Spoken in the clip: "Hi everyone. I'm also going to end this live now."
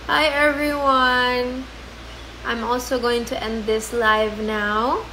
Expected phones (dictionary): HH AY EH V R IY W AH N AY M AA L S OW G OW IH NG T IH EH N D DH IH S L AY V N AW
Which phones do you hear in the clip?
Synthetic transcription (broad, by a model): HH AY EH V R IY W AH N AY M AA L S OW G OW IH NG T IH EH N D DH IH S L AY V N AW